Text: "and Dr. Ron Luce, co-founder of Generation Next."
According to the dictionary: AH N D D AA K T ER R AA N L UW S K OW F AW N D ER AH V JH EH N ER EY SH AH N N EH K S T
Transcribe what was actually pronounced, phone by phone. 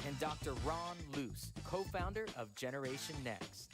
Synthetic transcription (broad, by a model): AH N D D AA K T ER R AA N L UW S K OW F AW N D ER AH V JH EH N ER EY SH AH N N EH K S T